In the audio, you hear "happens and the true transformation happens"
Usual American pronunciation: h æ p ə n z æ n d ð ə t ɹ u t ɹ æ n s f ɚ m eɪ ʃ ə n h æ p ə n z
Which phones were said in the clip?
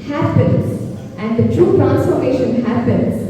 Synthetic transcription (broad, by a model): h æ p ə n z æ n d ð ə t ɹ u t ɹ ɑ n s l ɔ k eɪ ʃ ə n h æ p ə n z